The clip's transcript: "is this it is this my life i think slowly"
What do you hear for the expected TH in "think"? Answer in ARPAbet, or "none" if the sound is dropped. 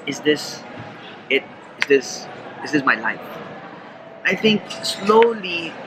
T